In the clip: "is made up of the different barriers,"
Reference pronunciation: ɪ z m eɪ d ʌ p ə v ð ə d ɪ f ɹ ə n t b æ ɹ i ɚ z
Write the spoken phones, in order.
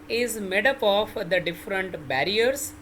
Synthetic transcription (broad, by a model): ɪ z m eɪ d ʌ p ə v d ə d ɪ f ɹ ə n t b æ ɹ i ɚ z